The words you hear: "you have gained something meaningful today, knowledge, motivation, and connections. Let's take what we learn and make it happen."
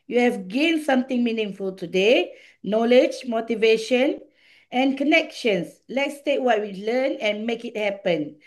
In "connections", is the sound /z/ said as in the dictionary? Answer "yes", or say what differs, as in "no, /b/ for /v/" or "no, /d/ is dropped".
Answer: no, /s/ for /z/